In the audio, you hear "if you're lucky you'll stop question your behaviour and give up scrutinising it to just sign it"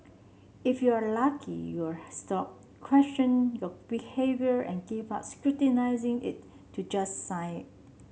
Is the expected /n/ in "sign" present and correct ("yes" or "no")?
no